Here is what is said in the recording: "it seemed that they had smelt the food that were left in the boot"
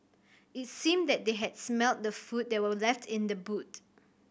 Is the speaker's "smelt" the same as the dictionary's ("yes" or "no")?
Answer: yes